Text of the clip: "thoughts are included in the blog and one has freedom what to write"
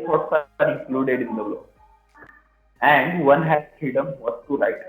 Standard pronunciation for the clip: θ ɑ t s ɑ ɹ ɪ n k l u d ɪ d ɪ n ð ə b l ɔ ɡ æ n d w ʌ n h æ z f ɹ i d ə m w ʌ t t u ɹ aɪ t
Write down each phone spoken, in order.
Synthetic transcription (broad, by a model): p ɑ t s ɑ ɹ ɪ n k l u d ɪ d ɪ n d ə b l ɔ æ n d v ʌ n h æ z f ɹ i d ə m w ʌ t t u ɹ aɪ t